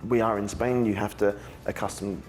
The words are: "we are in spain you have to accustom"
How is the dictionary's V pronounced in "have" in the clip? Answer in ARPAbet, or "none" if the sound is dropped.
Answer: F